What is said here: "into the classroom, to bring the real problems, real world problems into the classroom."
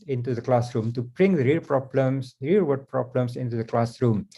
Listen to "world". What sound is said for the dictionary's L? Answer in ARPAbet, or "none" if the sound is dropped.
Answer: none